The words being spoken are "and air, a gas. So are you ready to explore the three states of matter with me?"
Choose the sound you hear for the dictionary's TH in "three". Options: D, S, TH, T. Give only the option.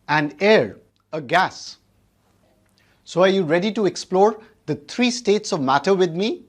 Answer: T